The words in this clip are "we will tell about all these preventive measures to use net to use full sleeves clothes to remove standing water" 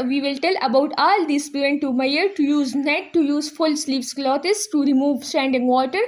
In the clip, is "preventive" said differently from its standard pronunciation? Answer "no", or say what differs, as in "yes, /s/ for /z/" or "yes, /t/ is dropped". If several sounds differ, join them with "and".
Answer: yes, /ɹ/ is dropped